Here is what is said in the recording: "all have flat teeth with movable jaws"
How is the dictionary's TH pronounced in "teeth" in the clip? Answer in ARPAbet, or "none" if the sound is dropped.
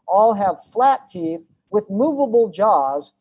TH